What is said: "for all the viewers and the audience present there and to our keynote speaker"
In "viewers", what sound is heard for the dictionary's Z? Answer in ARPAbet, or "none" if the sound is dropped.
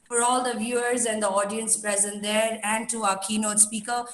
Z